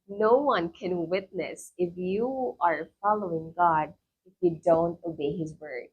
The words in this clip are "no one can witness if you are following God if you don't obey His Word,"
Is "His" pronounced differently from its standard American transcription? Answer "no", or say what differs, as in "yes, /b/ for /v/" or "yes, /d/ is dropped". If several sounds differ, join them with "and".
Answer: no